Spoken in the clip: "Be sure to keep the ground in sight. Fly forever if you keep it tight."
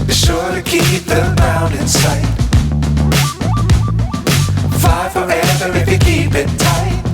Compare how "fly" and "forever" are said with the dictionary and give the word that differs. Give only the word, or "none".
fly